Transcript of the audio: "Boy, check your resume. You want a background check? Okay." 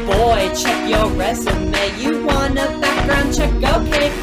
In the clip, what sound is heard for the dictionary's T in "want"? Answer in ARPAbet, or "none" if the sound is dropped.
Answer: none